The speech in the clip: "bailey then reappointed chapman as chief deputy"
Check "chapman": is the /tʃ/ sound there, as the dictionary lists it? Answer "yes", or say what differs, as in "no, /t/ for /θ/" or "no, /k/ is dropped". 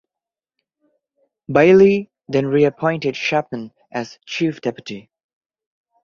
no, /ʃ/ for /tʃ/